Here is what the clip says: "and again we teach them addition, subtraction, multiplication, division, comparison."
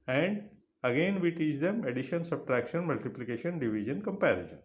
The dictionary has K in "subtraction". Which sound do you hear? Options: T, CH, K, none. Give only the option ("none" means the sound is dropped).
K